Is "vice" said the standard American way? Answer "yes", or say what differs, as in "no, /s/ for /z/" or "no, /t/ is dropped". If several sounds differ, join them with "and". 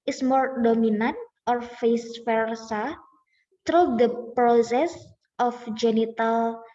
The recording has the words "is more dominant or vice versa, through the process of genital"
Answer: no, /f/ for /v/